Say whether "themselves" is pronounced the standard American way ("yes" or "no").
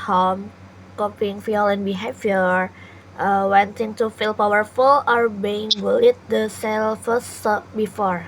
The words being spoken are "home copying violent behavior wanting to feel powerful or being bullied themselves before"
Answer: no